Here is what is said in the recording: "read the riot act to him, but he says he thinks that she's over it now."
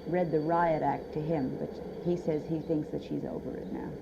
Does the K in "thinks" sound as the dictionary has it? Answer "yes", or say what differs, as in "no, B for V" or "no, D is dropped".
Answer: yes